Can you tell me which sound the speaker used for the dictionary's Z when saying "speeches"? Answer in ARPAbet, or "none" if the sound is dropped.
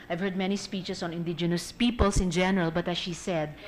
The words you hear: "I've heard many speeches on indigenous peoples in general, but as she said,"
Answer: S